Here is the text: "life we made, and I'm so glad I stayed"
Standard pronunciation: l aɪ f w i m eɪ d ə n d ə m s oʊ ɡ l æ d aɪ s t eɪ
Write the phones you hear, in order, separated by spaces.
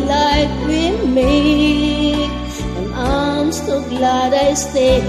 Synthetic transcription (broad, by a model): l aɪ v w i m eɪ ə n ə m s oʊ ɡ l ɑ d aɪ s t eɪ